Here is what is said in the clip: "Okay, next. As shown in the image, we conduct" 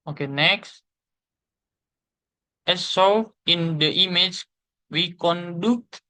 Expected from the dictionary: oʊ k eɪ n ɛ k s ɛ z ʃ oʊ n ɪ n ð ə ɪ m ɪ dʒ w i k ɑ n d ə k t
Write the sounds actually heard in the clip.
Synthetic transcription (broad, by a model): oʊ k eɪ n ɛ k s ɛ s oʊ ɪ n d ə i m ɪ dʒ w i k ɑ n d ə k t